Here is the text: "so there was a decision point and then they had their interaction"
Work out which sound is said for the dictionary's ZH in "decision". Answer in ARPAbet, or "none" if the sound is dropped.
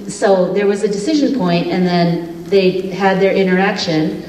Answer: ZH